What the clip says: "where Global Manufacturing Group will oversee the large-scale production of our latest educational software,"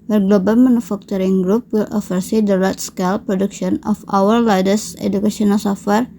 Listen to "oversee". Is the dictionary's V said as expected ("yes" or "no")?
no